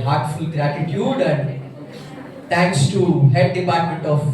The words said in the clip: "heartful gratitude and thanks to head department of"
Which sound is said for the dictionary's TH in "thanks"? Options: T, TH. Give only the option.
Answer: T